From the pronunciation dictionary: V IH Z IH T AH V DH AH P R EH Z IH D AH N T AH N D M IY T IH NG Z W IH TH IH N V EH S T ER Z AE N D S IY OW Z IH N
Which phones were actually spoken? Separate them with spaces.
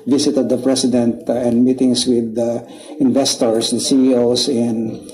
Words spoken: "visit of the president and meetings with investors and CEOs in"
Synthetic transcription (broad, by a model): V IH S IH T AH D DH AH P R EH S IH D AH N T AH N D M IY T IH NG S W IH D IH N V EH S T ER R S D S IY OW S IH N